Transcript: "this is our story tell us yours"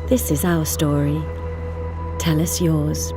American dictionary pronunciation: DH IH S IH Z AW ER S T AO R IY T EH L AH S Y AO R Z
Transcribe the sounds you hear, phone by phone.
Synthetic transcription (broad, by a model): DH IH S IH Z AW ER S T AO R IY T EH L AH S Y AO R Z